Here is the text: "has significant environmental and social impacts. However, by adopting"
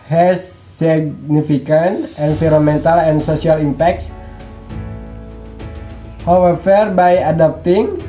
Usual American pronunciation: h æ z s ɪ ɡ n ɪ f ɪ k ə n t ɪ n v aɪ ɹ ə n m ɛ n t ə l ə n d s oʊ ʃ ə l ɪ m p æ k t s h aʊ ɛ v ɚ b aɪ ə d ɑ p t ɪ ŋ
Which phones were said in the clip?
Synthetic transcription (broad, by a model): h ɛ s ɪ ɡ n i f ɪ k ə n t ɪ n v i ɹ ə m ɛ n t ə l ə n s oʊ s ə l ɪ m p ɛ k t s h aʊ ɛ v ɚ b aɪ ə d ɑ p t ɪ ŋ